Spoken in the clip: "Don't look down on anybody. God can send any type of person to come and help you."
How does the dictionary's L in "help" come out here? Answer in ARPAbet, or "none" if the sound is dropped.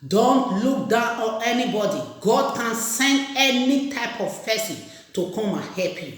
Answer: none